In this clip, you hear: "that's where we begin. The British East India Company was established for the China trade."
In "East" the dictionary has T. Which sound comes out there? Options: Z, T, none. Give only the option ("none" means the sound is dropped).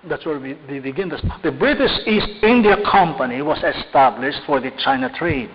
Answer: T